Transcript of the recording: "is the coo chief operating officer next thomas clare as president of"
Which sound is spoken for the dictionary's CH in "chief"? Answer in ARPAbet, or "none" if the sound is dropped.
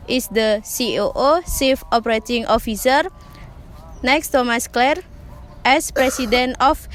S